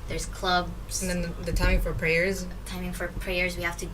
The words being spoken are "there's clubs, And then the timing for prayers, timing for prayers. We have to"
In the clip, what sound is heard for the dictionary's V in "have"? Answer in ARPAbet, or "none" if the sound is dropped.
F